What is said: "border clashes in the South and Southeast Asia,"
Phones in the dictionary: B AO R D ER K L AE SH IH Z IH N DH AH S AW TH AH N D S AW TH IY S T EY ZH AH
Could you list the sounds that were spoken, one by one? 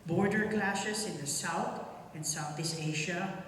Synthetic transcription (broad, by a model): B AO R D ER K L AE SH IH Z IH N DH AH S AW TH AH N S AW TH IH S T EY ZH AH